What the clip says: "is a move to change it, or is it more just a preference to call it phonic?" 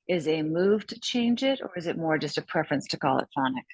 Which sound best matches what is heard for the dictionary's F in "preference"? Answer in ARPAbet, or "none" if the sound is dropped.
F